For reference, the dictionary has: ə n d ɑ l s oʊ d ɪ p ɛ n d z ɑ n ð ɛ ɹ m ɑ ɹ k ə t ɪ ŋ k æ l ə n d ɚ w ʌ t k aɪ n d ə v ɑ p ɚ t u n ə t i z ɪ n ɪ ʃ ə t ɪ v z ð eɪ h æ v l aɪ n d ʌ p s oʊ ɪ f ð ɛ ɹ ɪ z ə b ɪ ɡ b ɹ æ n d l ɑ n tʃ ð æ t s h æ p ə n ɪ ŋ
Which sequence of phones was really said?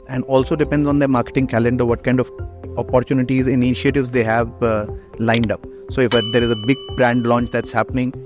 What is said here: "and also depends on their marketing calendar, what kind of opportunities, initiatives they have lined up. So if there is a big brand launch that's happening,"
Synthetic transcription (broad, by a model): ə n d ɑ l s oʊ d ɪ p ɛ n d z ɑ n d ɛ m ɑ ɹ k ə t ɪ ŋ k æ l ə n d ɚ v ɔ t k aɪ n d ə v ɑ p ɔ t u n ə t i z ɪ n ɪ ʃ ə t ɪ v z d eɪ h æ v l aɪ n d ʌ p s oʊ ɪ f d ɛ ɹ ɪ z ə b ɪ ɡ b ɹ æ n d l ɑ n tʃ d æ t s h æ p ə n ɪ ŋ